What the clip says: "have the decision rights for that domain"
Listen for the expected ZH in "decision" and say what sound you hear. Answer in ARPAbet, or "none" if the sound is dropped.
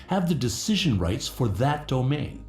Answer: ZH